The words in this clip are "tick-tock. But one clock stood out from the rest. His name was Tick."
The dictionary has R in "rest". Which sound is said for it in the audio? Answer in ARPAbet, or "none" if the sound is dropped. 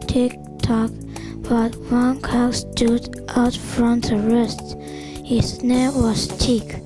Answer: R